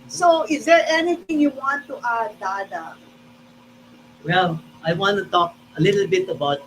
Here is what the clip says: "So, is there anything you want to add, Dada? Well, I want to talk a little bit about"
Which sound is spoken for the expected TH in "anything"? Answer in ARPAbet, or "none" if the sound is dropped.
T